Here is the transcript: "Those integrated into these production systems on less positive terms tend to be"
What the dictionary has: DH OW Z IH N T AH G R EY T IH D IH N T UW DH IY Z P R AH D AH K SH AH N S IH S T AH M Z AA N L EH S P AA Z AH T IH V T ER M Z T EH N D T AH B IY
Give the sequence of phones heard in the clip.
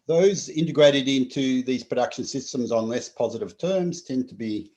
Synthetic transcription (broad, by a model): DH OW Z IH N T AH G R EY T IH D IH N T UW DH IY Z P R AH D AH K SH AH N S IH S T AH M Z N L EH S P AA Z AH T IH V T ER M Z T EH N T AH B IY